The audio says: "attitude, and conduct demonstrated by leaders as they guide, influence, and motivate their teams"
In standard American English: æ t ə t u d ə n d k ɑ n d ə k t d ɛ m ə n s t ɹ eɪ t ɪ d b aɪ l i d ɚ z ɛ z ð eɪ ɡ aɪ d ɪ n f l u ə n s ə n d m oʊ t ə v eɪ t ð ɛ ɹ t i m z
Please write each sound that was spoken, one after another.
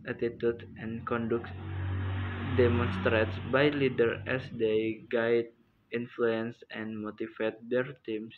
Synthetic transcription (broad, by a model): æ t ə t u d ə n k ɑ n d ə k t d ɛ m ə n s t ɹ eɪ t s b aɪ l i d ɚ ɛ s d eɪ ɡ aɪ d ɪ n f l u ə n s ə n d m oʊ t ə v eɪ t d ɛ ɹ t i m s